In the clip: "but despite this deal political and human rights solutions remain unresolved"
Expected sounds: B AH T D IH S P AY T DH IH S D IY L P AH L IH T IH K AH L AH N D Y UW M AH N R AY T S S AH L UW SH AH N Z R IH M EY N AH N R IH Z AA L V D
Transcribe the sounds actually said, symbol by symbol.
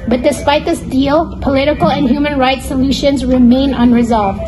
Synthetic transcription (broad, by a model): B AH T D IH S P AY T DH IH S D IY L P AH L IH T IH K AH L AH N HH Y UW M AH N R AY T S S AH L UW SH AH N Z R IH M EY N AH N R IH Z AA L V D